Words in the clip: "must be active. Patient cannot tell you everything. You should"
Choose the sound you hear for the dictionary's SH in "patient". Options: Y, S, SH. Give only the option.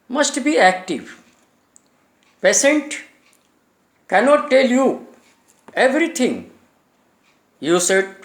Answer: S